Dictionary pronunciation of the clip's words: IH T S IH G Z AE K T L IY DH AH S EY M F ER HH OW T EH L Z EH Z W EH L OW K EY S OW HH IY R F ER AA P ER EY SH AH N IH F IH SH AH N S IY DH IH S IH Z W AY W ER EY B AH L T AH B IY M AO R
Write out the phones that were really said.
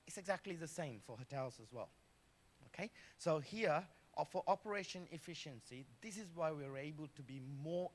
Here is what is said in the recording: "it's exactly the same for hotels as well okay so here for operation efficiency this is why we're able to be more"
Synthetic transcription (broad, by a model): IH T S IH G Z AE K T L IY DH AH S EY M F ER HH OW T EH L Z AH Z W EH L OW K EY S OW HH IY R F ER AA P ER EY SH AH N IH F IH SH AH N S IY DH IH S IH Z W AY W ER EY B AH L T AH B IY M AO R